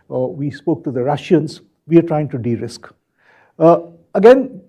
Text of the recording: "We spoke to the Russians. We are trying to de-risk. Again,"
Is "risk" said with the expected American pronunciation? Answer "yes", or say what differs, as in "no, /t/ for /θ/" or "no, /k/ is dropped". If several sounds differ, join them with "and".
yes